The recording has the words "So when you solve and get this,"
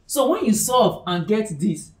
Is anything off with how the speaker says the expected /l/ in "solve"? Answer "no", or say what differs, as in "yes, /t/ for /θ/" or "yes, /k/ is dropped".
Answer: yes, /l/ is dropped